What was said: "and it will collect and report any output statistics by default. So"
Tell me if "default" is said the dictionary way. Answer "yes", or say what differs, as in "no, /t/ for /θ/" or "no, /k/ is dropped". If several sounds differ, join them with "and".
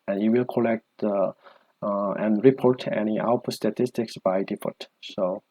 no, /l/ is dropped